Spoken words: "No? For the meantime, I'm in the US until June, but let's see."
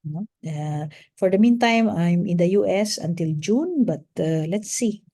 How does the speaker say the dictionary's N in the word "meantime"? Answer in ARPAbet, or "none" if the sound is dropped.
N